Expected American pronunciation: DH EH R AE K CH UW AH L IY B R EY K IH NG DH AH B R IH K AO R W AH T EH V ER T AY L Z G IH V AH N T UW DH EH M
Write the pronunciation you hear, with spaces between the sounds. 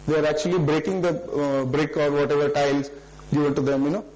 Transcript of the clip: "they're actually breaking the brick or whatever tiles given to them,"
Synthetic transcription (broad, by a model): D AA R AE K CH UW AH L IY B R EY K IH NG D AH B R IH K AO R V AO T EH V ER T AY L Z G IH V AH N T UW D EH M